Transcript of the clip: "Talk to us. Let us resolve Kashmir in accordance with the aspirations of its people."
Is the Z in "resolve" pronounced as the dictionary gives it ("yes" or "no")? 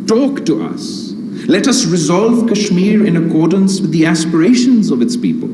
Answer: yes